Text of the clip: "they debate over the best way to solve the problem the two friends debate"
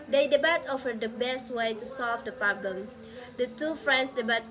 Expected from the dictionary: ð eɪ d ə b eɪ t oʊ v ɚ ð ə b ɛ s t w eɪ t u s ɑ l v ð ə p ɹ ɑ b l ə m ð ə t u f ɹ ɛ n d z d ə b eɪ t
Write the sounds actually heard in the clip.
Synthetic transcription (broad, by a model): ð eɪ d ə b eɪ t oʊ f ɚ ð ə b ɛ s t w eɪ t u s ɑ l v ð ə p ɹ ɑ b l ə m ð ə t u f ɹ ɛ n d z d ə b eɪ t